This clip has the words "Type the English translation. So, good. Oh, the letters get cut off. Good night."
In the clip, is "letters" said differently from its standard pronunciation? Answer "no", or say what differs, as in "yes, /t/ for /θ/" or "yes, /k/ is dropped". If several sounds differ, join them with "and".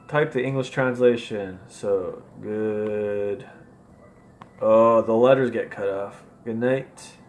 no